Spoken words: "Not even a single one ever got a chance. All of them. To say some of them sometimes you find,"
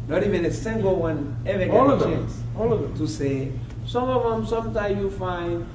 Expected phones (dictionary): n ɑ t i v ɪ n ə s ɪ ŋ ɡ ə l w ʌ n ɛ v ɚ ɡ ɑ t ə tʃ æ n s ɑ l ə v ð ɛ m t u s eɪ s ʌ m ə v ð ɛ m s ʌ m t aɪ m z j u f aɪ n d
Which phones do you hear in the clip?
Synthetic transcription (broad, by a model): n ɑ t i v ɪ n ə s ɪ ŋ ɡ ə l w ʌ n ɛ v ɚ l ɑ ə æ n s ɑ l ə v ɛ t u s eɪ s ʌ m ə v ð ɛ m s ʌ m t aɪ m j u f aɪ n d